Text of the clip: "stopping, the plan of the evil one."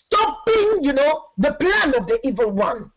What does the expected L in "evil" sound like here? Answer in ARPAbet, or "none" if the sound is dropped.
L